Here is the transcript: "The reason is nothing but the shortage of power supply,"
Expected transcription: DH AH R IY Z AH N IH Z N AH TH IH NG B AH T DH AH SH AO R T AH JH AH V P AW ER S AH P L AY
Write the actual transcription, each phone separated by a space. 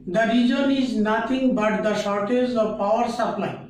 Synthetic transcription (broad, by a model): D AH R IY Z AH N IH Z N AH T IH NG B AH T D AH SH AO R T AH Z AH V P AW ER S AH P L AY